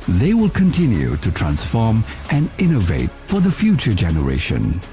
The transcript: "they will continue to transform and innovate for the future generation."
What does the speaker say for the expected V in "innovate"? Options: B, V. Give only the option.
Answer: V